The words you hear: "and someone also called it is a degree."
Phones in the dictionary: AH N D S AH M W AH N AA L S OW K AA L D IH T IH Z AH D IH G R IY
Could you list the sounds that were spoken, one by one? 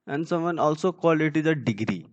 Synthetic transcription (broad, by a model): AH N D S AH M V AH N AA L S OW K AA L IH T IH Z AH D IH G R IY